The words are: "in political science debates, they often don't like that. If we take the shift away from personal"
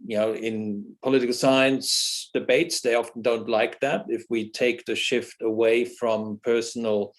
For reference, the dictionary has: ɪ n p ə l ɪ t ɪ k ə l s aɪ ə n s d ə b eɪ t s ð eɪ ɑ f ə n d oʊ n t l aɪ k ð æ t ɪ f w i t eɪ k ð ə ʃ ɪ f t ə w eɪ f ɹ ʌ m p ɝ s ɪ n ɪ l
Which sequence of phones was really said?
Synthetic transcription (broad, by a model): ɪ n p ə l ɪ t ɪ k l s aɪ ə n s d ə b eɪ t s ð eɪ ɑ f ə n d oʊ n t l aɪ k ð æ t ɪ f w i t eɪ k ð ə ʃ ɪ f t ə w eɪ f ɹ ʌ m p ɝ s n l